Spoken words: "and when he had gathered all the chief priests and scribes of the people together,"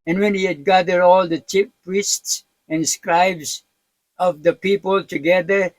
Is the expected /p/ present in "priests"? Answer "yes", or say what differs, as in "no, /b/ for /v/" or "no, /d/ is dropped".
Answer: yes